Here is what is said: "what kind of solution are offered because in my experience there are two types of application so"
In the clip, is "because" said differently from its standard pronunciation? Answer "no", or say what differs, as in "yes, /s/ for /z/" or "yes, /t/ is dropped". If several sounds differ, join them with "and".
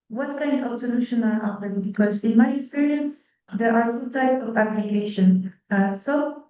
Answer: yes, /s/ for /z/